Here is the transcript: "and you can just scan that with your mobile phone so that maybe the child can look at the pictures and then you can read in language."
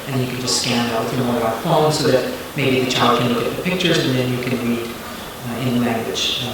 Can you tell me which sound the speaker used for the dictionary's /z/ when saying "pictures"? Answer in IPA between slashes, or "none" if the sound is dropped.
/z/